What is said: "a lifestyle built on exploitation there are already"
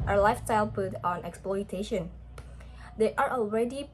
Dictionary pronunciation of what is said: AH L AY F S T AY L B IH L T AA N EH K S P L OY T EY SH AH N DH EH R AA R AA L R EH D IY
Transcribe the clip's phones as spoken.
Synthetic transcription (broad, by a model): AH L AY F S T AY L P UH T AA N EH K S P L OY T EY SH AH N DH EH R AA R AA L R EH D IY